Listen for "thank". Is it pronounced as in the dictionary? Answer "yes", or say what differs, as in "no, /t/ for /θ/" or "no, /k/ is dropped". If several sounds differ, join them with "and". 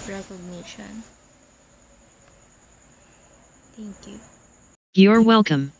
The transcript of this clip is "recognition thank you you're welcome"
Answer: no, /t/ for /θ/